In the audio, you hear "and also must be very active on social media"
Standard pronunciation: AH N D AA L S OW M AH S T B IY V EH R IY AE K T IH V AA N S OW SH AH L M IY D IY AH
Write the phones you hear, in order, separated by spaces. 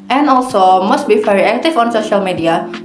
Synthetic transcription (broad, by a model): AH N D AA L S OW M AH S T B IY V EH R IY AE K T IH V AA N S OW SH AH L M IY D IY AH